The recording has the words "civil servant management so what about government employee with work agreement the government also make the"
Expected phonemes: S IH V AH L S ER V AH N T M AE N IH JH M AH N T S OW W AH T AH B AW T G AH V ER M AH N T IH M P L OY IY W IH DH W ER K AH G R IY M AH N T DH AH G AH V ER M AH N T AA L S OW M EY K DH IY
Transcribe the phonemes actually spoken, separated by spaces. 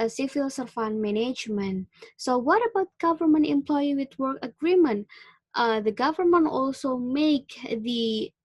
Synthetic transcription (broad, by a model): S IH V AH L S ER F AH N M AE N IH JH M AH N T S OW W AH T AH B AW T G AH V ER M AH N T IH M P L OY IY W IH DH W ER K AH G R IY M AH N T DH AH G AH V ER M AH N T AA L S OW M EY K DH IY